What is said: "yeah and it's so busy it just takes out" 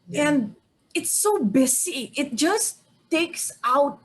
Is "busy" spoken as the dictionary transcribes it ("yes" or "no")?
no